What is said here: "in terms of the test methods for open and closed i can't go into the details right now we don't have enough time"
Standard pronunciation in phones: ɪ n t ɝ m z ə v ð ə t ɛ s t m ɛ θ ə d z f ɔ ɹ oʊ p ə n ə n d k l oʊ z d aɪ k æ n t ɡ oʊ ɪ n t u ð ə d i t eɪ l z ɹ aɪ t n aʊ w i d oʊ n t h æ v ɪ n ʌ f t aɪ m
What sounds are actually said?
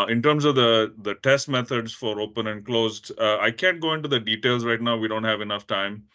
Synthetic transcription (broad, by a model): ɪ n t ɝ m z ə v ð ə t ɛ s t m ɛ t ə d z f ɔ ɹ oʊ p ə n ə n d k l oʊ z d aɪ k æ n t ɡ oʊ ɪ n t u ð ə d i t eɪ l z ɹ aɪ t n aʊ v i d oʊ n t h æ v ɪ n ʌ f t aɪ m